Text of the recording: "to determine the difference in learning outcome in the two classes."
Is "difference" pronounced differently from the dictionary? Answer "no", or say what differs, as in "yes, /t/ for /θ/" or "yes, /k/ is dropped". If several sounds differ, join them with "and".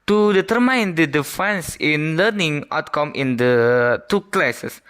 yes, /ɹ/ is dropped